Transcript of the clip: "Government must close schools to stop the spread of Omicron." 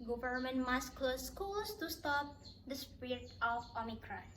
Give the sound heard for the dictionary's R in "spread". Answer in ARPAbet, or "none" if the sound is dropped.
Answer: none